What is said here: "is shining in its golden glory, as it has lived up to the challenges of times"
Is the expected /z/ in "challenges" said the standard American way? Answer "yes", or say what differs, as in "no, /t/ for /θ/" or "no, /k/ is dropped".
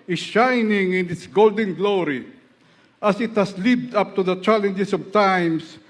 no, /s/ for /z/